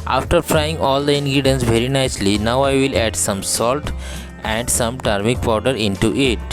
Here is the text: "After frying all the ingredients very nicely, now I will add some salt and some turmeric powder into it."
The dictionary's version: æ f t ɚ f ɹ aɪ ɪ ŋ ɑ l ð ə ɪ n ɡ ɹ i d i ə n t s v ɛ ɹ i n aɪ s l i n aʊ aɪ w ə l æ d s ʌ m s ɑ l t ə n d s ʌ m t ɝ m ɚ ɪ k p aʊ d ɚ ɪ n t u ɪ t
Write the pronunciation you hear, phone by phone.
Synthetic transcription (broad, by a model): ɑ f t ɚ f ɹ aɪ ɪ ŋ ɑ l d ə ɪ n ɡ ɹ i d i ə n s v ɛ ɹ i n aɪ s l i n aʊ aɪ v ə l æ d s ʌ m s ɑ l t ə n d s ʌ m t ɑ m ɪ k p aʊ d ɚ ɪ n t u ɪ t